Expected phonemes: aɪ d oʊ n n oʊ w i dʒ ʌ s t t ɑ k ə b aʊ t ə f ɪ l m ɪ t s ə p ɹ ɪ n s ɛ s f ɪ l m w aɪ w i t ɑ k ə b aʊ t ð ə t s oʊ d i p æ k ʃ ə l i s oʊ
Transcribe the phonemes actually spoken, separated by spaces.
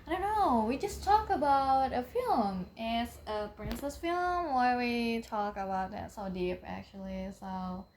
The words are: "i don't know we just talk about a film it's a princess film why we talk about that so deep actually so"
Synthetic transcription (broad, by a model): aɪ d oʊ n n oʊ w i dʒ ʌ s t t ɑ k ə b aʊ t ə f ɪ l m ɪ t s ə p ɹ ɪ n s ɛ s f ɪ l m w aɪ w i t ɑ k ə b aʊ t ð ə t s oʊ d i p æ k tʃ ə l i s oʊ